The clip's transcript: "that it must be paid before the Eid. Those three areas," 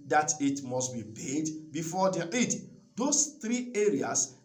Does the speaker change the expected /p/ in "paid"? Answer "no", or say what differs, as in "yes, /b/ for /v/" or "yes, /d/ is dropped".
yes, /b/ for /p/